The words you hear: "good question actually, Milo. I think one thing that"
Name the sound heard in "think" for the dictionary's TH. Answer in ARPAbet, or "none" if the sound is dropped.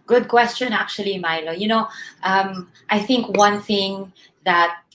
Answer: TH